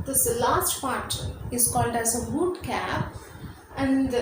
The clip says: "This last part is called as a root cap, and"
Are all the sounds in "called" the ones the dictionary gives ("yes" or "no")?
yes